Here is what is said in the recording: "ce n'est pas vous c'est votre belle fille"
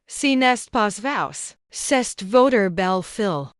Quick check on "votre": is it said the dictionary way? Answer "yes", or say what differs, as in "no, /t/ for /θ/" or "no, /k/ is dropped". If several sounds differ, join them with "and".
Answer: yes